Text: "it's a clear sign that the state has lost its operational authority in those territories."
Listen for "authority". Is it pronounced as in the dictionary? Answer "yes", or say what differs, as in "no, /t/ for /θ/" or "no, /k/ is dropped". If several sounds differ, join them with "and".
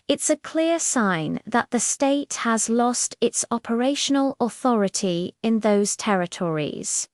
yes